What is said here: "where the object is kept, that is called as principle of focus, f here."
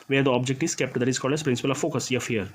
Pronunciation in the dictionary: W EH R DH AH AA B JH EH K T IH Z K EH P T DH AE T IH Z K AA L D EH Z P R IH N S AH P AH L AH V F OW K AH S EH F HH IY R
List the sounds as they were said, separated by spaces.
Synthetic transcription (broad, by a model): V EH R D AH AA B JH EH K T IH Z K EH P T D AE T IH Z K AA D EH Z P R IH N S AH P AH L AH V F OW K AH S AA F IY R